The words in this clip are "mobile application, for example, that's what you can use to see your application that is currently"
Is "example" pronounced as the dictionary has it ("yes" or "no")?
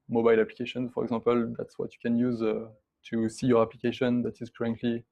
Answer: no